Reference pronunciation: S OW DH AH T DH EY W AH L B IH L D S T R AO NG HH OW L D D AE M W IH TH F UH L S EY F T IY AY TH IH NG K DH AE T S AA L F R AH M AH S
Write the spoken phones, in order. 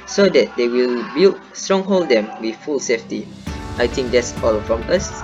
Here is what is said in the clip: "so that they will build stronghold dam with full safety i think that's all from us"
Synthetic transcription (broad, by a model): S OW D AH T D EY W AH L B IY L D S T R AO NG HH OW L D D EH M W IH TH F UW L S EY F T IY AY T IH NG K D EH T S AA L F R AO M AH S